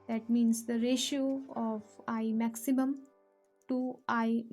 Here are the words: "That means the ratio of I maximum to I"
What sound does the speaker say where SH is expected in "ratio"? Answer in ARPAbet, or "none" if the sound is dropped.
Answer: SH